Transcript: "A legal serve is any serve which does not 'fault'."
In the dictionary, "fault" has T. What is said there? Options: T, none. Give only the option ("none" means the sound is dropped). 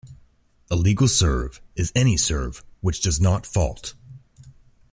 T